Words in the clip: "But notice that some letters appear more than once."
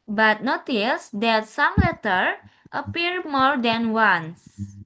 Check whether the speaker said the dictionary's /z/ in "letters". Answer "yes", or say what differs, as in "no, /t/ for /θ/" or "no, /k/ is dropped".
no, /z/ is dropped